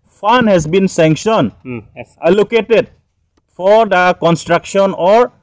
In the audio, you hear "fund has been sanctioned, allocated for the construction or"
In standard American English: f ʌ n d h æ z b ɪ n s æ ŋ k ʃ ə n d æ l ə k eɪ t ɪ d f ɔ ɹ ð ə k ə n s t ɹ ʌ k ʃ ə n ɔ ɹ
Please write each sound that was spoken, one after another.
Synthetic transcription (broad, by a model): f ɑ n h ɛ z b ɪ n s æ ŋ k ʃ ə n ɛ l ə k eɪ t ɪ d f ɔ ɹ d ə k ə n s t ɹ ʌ k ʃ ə n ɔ ɹ